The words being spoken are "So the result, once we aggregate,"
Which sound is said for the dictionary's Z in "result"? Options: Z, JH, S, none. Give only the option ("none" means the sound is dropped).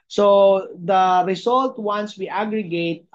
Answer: S